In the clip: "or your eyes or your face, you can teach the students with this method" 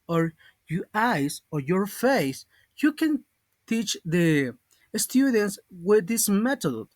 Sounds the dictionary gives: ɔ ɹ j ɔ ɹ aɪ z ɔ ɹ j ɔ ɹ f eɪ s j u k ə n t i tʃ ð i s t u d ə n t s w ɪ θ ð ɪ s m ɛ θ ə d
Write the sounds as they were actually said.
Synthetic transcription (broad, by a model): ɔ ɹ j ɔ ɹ aɪ s ɔ ɹ j ɔ ɹ f eɪ s j u k ə n t i tʃ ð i s t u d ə n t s w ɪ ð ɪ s m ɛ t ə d